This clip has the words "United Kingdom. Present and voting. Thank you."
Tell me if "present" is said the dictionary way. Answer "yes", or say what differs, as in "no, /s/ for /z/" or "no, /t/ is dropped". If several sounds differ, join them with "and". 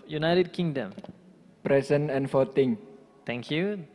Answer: no, /t/ is dropped